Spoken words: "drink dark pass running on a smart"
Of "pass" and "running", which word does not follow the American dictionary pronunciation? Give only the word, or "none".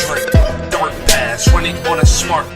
running